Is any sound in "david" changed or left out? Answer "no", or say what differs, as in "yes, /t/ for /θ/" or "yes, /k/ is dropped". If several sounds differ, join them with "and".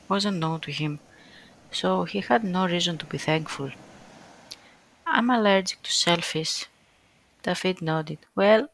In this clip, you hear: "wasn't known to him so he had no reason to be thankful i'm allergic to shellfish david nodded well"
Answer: yes, /f/ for /v/